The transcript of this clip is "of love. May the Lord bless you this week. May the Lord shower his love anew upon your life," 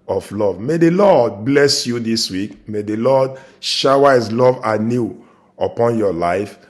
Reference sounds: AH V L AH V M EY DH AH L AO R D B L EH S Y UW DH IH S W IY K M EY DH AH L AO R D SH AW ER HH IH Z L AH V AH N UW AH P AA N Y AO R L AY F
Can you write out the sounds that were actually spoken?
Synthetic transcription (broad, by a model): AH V L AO V M EY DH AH L AO D B L EH S Y UW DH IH S W IY K M EY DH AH L AO D SH AW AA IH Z L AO V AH N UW AH P AA N Y AO L AY F